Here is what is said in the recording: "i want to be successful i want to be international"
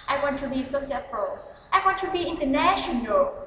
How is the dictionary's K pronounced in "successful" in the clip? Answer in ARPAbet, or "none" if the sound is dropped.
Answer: none